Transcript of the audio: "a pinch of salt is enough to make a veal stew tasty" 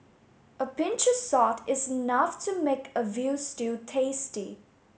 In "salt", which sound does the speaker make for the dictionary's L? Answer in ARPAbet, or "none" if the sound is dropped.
none